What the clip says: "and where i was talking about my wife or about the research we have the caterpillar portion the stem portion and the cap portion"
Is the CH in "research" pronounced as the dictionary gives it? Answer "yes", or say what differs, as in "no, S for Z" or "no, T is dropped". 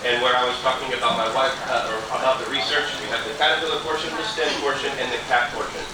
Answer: yes